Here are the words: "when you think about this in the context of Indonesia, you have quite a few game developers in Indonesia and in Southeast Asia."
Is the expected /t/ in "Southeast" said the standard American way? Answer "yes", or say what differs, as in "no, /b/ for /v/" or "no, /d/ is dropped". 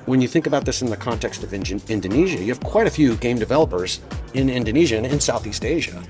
yes